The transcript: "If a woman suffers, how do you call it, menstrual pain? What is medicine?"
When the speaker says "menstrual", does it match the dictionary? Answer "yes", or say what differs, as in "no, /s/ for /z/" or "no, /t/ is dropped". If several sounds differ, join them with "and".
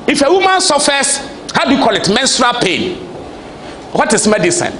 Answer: yes